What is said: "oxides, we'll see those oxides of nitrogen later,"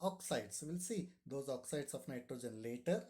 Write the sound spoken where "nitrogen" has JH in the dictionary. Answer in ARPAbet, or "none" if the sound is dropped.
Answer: JH